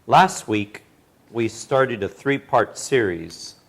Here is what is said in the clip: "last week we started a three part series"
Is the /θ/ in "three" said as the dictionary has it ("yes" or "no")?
yes